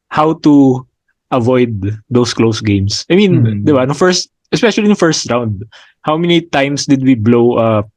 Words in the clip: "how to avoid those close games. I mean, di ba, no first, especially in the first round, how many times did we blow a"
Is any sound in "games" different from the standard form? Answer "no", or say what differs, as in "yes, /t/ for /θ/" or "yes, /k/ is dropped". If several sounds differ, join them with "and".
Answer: yes, /s/ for /z/